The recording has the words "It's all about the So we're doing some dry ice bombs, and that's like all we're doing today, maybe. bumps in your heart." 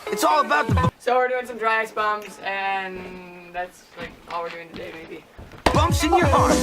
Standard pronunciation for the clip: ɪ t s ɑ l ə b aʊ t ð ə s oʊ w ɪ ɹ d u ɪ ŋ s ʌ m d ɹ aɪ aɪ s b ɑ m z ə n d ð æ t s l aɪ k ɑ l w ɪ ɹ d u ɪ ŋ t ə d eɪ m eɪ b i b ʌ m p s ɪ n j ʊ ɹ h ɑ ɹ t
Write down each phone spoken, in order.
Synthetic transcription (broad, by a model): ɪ t s ɑ l ə b aʊ t ð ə s oʊ w ɪ ɹ d u ɪ ŋ s ʌ m d ɹ aɪ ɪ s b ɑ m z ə n ð æ t s l aɪ k ɑ l w ɪ ɹ d u ɪ ŋ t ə d eɪ m eɪ b i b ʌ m s ɪ n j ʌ ɹ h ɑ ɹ